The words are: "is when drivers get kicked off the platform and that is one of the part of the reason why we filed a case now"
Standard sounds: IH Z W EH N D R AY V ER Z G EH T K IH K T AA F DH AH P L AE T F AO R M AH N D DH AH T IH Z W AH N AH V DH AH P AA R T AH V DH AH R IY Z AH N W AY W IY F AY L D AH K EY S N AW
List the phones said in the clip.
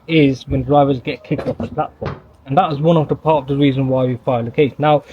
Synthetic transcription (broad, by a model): IH Z W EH N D R AY V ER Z G EH T K IH K T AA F DH AH P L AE T F AO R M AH N DH AH T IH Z W AH N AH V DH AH P AA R T AH V DH AH R IY Z AH N W AY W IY F AY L AH K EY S N AW